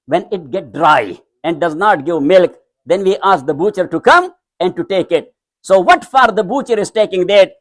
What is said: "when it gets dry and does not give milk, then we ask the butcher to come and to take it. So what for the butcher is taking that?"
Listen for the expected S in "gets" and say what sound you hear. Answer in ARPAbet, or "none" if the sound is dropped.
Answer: none